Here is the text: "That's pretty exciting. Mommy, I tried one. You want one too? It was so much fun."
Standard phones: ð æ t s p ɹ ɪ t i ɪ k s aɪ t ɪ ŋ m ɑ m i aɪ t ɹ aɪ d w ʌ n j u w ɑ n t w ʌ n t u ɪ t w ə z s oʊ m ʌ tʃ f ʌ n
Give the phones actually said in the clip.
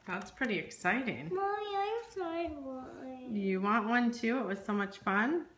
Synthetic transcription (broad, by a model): ð æ t s p ɹ ɪ t i ɪ k s aɪ t ɪ ŋ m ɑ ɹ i aɪ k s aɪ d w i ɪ j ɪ w ɑ n t w ʌ n t u ɪ t w ə z s oʊ m ʌ tʃ f ʌ n